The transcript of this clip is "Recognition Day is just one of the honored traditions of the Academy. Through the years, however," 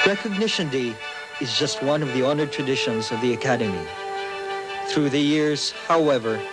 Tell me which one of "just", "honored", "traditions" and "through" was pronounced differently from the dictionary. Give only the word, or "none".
none